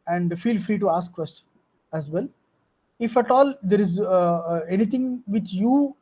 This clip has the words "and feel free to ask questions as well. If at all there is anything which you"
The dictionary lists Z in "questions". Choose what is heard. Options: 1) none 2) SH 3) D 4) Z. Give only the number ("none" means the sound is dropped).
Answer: 1